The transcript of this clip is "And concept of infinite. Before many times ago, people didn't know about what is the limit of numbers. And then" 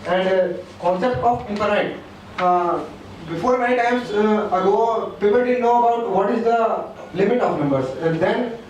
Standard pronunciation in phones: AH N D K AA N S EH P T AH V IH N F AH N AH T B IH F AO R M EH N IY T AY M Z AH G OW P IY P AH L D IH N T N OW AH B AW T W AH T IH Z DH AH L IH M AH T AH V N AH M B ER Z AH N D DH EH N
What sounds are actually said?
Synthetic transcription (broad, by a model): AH N D K AA N S EH P T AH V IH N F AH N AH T B IH F AO R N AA IY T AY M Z AH G OW P IY P AH L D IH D N OW AH B AW T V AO T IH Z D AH L IH M AH T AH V N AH M B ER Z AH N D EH N